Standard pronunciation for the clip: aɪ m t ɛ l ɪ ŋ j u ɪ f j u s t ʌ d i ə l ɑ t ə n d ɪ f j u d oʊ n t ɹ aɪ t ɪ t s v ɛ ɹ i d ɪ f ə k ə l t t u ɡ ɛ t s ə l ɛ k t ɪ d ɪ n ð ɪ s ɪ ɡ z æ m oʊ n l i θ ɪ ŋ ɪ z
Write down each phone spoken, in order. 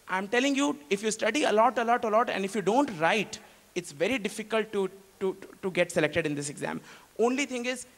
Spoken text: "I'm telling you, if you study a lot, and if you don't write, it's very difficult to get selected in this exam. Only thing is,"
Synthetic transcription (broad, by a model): aɪ m t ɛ l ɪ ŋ j u ɪ f j u s t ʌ d i ə l ɑ t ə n d ɪ f j u d oʊ n t ɹ aɪ t ɪ t s v ɛ ɹ i d ɪ f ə k ə l t t u ɡ ɛ t s ə l ɛ k t ɪ d ɪ n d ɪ s ɪ ɡ z æ m oʊ n l i t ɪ ŋ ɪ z